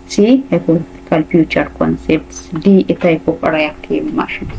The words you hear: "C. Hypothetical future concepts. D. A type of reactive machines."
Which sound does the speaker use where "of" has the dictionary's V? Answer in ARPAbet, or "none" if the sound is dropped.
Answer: P